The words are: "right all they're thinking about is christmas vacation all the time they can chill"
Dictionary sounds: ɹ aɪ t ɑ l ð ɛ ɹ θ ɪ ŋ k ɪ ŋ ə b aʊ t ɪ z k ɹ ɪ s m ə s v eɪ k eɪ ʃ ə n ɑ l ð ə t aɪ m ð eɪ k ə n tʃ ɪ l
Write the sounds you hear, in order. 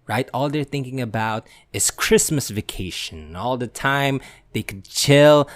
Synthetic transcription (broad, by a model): ɹ aɪ t ɑ l ð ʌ ɹ θ ɪ ŋ k ɪ ŋ ə b aʊ t ɪ z k ɹ ɪ s m ə s v eɪ k eɪ ʃ ə n ɑ l ð ə t aɪ m ð eɪ k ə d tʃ ɪ l